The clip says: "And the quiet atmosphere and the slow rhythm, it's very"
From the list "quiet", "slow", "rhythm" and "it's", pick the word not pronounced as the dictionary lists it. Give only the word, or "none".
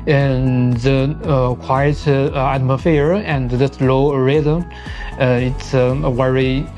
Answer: rhythm